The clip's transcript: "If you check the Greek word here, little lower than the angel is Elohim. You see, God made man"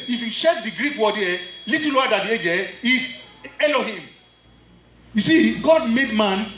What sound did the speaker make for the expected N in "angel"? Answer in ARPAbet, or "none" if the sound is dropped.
none